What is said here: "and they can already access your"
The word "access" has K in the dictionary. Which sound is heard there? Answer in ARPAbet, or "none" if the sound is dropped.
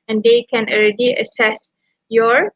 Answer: none